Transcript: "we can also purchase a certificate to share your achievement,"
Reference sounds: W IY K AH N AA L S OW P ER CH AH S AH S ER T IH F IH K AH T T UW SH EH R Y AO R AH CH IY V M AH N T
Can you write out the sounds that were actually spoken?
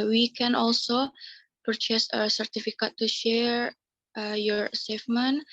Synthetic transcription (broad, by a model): W IY K AH N AA L S OW P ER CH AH S AH S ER T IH F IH K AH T T UW SH EH R Y AO R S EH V M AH N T